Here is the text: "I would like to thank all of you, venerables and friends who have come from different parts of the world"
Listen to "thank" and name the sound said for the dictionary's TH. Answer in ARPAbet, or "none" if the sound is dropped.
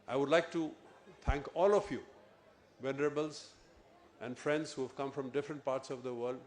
T